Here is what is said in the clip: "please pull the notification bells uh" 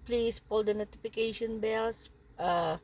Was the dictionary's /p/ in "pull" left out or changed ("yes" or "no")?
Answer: no